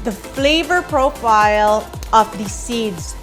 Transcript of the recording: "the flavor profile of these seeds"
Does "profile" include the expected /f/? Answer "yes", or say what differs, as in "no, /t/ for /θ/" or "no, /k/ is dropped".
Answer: yes